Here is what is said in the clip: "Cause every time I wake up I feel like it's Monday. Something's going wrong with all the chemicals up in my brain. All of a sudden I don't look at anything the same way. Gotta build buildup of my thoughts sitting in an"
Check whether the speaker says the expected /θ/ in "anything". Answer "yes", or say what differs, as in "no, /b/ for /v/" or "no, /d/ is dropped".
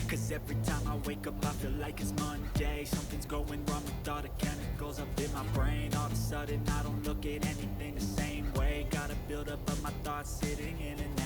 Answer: yes